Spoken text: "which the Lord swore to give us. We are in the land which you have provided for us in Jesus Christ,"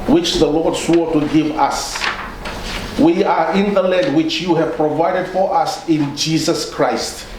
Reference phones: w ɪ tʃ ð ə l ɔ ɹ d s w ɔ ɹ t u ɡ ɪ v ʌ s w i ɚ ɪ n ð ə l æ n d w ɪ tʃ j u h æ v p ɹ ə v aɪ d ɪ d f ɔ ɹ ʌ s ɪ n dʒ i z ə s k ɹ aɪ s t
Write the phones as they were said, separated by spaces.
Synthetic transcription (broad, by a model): w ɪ tʃ ð ə l ɔ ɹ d s w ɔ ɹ t u ɡ ɪ v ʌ s w i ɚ ɪ n ð ə l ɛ d w ɪ tʃ j u h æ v p ɹ ə v aɪ d ɪ d f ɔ ɹ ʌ s ɪ n dʒ i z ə s k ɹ aɪ s t